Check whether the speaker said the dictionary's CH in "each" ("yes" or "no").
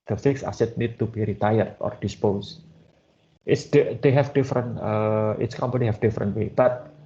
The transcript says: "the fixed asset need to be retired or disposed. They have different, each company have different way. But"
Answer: no